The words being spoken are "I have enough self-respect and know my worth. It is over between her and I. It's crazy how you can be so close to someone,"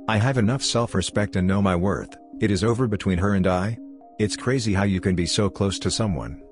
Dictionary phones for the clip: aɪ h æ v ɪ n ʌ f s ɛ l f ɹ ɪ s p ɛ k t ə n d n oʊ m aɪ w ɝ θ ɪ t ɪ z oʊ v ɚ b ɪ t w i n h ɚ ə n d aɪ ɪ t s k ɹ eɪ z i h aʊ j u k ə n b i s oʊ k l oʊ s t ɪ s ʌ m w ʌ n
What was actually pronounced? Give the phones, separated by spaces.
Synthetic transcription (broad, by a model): aɪ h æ v ɪ n ʌ f s ɛ l f ɹ ɪ s p ɛ k t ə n n oʊ m aɪ w ɝ θ ɪ t ɪ z oʊ v ɚ b ɪ t w i n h ɚ ə n d aɪ ɪ t s k ɹ eɪ z i h aʊ j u k ə n b i s oʊ k l oʊ s t ɪ s ʌ m w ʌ n